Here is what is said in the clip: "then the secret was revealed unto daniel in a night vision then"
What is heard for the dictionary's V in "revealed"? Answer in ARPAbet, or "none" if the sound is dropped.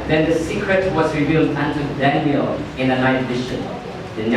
V